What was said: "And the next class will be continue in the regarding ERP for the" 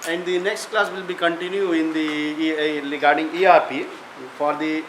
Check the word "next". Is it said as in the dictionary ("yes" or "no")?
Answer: yes